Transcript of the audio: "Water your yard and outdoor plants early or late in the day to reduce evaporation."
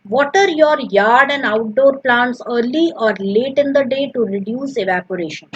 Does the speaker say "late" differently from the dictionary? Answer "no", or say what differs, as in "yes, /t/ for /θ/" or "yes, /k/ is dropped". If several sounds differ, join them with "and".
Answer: no